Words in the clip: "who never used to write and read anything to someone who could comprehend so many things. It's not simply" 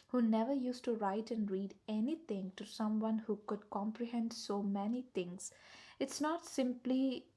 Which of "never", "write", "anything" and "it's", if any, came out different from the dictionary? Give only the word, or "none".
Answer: anything